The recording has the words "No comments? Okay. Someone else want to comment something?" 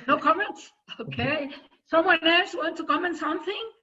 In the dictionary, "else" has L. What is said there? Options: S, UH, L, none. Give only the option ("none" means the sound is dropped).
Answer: none